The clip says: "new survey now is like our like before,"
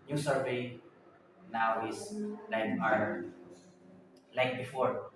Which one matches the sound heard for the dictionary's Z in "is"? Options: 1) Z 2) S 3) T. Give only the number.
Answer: 2